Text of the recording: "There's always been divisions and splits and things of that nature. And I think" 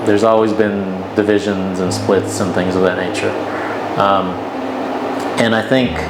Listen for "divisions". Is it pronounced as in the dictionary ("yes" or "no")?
yes